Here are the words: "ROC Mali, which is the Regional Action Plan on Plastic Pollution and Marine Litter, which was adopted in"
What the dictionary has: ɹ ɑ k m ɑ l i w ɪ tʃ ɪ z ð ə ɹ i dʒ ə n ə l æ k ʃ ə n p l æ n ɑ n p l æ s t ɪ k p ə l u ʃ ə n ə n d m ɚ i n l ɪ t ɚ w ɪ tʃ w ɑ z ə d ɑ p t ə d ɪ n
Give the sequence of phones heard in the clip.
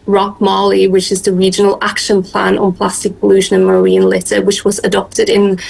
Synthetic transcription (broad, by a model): ɹ ɑ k m ɑ l i w ɪ tʃ ɪ z ð ə ɹ i dʒ ə n ə l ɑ k ʃ ə n p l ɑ n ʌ n p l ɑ s t ɪ k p ə l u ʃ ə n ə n m ɚ i n l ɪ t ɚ w ɪ tʃ w ɑ z ə d ɑ p t ə d ɪ n